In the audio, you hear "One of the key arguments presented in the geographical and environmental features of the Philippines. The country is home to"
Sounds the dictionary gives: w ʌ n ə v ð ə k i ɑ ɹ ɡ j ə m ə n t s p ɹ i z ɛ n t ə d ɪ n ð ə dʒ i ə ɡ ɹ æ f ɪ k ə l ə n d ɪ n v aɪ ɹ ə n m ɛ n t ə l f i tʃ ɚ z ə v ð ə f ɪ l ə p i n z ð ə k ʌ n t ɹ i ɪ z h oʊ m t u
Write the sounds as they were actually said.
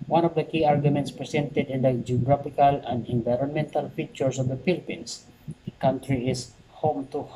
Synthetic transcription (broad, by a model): w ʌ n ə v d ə k i ɑ ɹ ɡ j ə m ə n t s p ɹ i s ɛ n t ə d ɪ n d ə dʒ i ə ɡ ɹ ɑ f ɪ k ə l ə n d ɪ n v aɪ ɹ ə n m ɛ n t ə l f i tʃ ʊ s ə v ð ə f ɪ l p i n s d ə k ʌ n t ɹ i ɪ s h oʊ m t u